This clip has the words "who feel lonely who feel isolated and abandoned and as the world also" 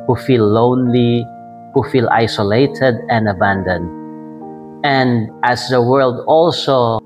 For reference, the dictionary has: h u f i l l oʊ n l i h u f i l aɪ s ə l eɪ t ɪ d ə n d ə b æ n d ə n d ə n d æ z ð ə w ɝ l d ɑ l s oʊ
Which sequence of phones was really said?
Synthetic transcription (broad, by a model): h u f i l l oʊ n l i h u f i l aɪ s ə l eɪ t ɪ d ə n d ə b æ n d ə n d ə n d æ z ð ə w ɝ l d ɑ l s oʊ